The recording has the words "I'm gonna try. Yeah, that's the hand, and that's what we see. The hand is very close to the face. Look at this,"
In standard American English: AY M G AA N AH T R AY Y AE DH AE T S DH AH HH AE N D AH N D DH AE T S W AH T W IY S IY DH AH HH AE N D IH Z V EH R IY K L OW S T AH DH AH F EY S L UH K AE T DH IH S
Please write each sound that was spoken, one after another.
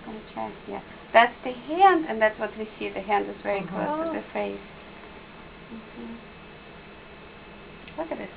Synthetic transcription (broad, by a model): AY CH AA AH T Y AE DH AE T S DH AH HH AE N D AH N DH AE T S W AH T W IY S IY DH AH HH AE N D IH Z V EH R IY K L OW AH DH AH F EY S W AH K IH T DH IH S